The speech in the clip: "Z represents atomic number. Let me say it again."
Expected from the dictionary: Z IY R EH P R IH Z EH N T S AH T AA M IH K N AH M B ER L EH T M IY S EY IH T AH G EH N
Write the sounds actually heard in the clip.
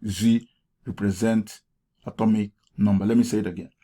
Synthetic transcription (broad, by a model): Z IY R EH P R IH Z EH N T AH T AA M IH K N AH M B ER L EH T M IY S EY IH T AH G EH N